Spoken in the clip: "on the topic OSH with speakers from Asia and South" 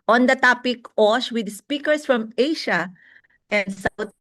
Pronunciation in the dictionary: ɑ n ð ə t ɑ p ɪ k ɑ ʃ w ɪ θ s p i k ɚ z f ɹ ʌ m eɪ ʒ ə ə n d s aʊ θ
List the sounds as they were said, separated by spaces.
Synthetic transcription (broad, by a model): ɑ n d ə t ɑ p ɪ k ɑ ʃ w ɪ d s p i k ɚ s f ɹ ʌ m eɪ ʃ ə ə n d s aʊ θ